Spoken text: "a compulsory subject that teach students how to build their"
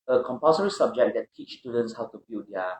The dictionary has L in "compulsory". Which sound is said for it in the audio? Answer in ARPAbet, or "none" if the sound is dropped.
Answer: none